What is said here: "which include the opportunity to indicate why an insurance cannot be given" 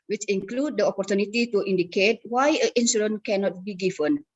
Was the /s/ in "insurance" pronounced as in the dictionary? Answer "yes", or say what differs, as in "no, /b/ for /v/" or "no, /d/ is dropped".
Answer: no, /s/ is dropped